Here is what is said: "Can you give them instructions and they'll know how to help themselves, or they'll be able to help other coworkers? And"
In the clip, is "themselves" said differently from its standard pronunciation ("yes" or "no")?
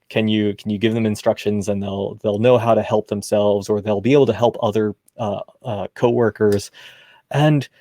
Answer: no